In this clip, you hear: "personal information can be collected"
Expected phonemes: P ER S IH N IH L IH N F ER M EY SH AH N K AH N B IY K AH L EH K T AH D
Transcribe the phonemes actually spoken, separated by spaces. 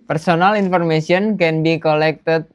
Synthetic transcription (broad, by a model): P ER S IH N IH L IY N F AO M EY S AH N K AH N B IY K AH L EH K T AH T